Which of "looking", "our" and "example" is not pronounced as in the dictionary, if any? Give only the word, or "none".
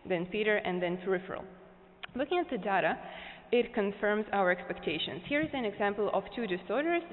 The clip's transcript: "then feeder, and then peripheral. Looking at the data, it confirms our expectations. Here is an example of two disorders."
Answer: none